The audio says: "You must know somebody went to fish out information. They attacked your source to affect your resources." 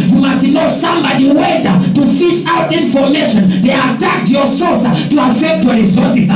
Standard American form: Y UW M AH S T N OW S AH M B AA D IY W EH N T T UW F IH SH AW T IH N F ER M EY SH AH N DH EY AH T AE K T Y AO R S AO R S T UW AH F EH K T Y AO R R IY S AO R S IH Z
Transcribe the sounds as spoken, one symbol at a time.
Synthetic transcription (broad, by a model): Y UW M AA S T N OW S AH M B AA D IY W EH T T UW F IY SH AW T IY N F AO M EY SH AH N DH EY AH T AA K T Y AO S AO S T UW AH F EH K T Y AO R R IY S AO S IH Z